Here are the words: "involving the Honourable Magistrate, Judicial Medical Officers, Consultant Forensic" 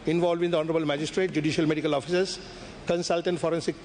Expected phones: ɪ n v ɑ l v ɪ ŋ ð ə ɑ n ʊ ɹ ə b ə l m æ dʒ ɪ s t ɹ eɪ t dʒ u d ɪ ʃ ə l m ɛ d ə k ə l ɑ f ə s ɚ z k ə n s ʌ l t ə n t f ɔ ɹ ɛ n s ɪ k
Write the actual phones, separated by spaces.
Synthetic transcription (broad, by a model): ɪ n v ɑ l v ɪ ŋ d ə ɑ n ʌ ɹ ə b ə l m æ dʒ ɪ s t ɹ eɪ t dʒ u d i ʃ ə l m ɛ d ə k ə l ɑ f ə s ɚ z k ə n s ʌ l t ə n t f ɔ ɹ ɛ n s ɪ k